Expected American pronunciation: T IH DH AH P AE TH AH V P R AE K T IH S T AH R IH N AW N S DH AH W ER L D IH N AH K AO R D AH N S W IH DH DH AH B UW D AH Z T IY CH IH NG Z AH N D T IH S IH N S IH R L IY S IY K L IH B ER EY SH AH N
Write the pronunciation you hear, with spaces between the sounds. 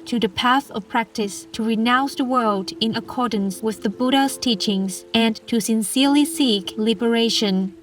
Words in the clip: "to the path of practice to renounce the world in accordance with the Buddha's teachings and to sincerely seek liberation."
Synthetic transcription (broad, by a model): T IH DH AH P AE TH AH V P R AE K T IH S T AH R IH N AW N S DH AH W ER L D IH N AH K AO R D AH N S W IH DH DH AH B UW D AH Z T IY CH IH NG Z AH N T IH S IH N S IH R L IY S IY K L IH B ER EY SH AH N